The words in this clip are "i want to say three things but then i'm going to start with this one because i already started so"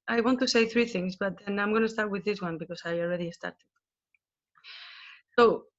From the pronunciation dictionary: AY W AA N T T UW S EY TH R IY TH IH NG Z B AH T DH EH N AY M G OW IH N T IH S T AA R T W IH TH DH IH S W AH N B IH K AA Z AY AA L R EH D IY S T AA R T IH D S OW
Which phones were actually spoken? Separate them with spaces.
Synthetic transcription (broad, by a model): AY W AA N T T UW S EY TH R IY TH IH NG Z B AH T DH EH N AY M G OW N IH S T AA R T W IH DH IH S W AH N B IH K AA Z AY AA L R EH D IY S T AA R T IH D S OW